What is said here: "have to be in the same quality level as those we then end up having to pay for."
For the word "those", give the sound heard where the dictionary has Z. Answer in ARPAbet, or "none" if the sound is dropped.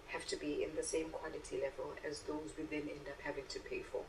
Z